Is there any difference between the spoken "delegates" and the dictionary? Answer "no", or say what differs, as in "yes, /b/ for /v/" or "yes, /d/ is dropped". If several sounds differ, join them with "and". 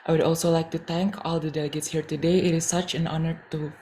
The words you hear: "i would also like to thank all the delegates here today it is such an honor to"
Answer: no